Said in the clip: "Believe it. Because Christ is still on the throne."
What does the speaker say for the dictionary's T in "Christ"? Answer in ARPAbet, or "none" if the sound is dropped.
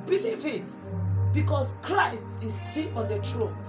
T